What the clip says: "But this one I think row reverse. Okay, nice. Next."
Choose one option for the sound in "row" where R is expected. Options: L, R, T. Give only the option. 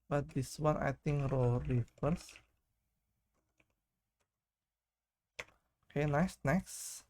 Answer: R